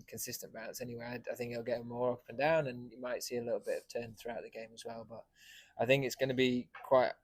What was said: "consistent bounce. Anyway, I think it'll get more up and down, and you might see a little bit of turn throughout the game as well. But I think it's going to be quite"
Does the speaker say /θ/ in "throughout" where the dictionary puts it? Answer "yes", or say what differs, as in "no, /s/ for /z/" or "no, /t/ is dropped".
yes